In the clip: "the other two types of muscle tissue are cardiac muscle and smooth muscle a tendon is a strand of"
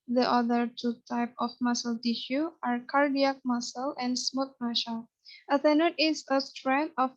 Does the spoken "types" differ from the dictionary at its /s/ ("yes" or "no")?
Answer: yes